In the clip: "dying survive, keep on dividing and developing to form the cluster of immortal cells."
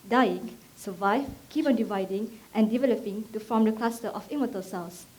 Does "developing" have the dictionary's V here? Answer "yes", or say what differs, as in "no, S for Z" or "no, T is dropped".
yes